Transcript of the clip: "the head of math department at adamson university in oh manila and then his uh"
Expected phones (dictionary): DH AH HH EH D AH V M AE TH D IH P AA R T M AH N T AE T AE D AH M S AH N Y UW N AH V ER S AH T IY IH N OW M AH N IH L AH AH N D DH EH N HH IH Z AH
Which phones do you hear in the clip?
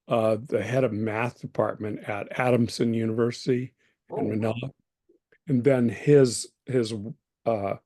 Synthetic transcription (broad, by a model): DH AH HH EH D AH V M AE TH D IH P AA R T M AH N T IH T AE D AH M S AH N Y UW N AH V ER S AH T IY IH N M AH N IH L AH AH N DH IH N HH IH Z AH